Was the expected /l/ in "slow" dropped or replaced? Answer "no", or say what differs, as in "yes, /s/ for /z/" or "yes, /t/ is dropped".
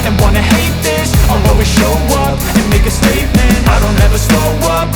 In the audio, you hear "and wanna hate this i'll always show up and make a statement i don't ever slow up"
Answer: yes, /l/ is dropped